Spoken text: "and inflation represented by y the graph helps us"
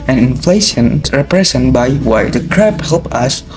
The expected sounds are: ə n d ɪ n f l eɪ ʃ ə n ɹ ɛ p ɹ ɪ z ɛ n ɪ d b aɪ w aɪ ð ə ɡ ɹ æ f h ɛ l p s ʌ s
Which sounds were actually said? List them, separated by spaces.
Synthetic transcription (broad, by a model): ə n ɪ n f l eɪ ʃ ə n ɹ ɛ p ɹ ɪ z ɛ n b aɪ w aɪ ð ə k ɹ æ p h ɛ l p ʌ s